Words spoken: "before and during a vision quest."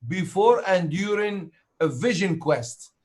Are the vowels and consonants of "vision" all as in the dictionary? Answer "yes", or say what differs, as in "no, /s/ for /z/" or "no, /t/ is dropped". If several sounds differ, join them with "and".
yes